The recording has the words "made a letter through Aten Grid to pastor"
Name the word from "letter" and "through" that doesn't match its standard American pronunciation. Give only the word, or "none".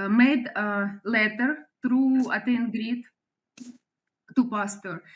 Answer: through